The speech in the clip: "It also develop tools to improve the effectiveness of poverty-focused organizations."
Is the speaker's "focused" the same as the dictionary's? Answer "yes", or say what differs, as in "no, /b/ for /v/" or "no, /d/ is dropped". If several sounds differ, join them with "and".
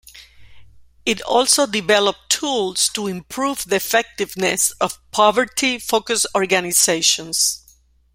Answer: no, /t/ is dropped